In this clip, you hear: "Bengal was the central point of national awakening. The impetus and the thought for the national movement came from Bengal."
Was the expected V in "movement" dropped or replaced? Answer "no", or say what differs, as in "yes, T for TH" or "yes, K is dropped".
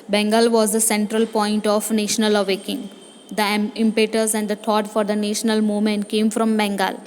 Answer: yes, V is dropped